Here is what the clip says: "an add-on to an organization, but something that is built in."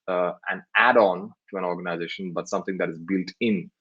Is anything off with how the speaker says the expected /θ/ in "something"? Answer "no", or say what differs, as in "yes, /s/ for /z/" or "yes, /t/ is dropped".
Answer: yes, /t/ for /θ/